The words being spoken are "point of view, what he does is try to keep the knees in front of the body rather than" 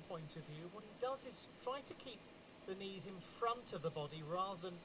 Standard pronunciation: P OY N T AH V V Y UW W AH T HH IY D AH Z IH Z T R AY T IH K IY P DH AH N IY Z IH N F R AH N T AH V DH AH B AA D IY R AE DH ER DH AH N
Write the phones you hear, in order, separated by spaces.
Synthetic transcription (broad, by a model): P OY N T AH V V Y UW W AH T HH IY D AH Z IH Z T R AY T IH K IY P DH AH N IY Z IH N F R AH N T AH V DH AH B AA D IY R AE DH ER DH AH N